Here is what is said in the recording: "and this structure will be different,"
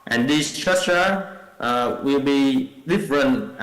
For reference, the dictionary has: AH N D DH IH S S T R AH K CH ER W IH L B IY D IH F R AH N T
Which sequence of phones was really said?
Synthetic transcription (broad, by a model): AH N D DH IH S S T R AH CH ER W IH L B IY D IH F R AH N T